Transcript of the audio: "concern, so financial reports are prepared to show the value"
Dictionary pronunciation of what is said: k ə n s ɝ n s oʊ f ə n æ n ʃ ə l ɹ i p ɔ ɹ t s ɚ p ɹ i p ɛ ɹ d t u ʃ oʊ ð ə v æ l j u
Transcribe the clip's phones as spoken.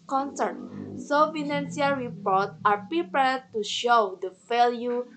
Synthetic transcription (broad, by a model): k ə n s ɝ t s oʊ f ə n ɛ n s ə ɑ ɹ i p ɔ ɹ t ɑ p ɹ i p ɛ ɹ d t u ʃ oʊ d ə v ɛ l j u